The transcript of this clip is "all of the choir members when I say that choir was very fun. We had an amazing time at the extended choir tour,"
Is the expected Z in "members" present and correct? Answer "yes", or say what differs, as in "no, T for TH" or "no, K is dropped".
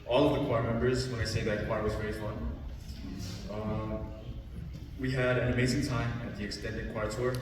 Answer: yes